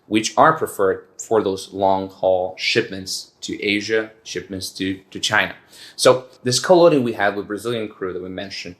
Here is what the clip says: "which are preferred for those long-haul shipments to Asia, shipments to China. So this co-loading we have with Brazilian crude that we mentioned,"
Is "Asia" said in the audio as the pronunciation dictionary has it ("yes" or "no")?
yes